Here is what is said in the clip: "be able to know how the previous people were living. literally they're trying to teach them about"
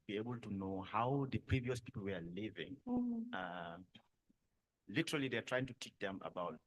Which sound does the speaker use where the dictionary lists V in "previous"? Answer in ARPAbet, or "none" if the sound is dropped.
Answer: V